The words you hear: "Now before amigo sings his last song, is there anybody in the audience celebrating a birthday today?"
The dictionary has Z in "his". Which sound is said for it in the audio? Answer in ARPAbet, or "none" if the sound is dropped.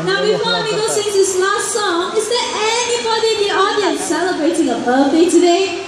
S